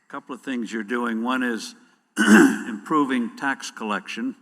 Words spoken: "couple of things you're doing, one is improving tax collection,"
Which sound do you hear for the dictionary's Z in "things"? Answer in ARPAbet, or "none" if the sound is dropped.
Z